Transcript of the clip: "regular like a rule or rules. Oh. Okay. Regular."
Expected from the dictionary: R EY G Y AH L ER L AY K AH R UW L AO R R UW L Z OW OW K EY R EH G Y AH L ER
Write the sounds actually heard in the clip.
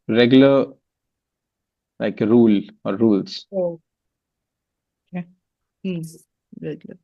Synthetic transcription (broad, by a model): R EY G Y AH L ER L AY K R UW L AO R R UW L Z OW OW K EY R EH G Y L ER